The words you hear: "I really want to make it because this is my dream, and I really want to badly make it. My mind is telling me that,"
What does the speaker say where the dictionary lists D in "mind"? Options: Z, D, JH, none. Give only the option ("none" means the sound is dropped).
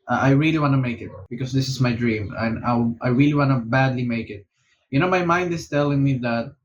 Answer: D